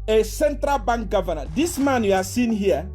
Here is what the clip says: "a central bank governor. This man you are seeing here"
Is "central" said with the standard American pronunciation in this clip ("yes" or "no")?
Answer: yes